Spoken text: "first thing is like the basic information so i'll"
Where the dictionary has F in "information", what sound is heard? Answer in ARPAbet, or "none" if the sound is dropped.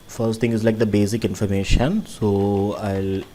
F